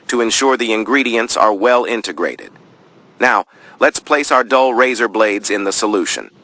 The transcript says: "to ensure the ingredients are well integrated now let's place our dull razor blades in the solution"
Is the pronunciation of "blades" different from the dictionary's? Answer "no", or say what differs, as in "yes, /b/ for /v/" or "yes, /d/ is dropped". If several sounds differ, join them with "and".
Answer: no